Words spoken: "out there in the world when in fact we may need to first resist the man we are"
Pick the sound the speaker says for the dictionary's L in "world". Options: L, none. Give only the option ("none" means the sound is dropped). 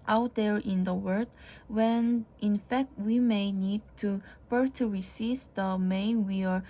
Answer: none